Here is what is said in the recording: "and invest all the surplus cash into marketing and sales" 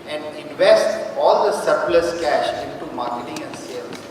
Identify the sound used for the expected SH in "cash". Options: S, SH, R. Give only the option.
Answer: SH